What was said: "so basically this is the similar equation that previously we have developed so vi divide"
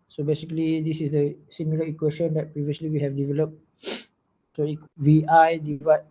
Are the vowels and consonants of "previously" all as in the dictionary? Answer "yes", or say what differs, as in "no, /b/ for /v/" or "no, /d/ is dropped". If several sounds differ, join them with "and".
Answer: no, /s/ is dropped